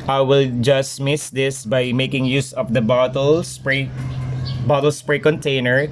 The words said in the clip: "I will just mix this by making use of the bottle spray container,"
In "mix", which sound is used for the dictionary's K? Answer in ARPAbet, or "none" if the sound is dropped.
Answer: none